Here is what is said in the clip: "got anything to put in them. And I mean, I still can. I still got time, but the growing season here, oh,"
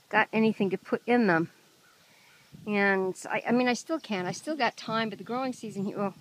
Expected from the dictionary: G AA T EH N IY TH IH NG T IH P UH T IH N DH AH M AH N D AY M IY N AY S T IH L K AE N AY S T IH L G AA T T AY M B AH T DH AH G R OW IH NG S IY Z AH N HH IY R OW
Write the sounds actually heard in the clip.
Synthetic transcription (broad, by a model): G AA T EH N IY TH IH NG T IH P UH T IH N DH AH M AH N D AY M IY N AY S T IH L K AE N AY S T IH L G AA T T AY M B AH T DH AH G R OW IH NG S IY Z AH N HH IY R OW